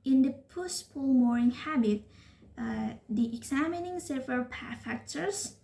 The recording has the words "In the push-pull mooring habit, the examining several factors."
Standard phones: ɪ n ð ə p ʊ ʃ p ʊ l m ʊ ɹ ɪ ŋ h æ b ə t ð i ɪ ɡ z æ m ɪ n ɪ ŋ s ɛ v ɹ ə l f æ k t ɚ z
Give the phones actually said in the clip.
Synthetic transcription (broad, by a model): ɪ n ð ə p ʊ s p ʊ l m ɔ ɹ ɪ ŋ h æ b ə t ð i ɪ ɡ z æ m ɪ n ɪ ŋ s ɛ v ɹ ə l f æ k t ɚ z